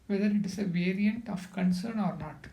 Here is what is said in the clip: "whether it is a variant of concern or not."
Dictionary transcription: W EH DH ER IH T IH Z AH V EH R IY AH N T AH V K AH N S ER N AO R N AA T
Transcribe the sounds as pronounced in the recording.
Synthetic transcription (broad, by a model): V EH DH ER IH T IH S AH V EH R IY AH N T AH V K AH N S ER N AO R N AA T